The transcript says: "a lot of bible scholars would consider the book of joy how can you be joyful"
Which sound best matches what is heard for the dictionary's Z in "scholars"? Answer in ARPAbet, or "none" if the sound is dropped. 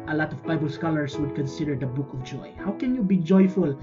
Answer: S